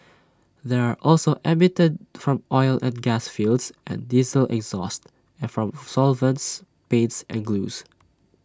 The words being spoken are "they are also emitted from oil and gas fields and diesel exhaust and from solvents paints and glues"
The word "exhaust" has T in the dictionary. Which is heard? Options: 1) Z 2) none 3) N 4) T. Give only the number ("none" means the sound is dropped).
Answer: 4